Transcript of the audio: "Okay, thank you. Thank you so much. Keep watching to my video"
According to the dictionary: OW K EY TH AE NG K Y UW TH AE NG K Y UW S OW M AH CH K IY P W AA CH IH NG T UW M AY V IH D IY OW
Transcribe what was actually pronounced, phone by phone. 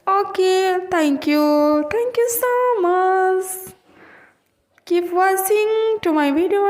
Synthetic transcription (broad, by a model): OW K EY T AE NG K Y UW T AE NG K Y UW S OW M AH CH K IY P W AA S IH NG T UW M AY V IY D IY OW